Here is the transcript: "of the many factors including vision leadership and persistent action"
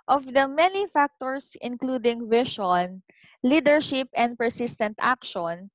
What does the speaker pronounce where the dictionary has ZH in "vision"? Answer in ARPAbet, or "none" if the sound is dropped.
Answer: SH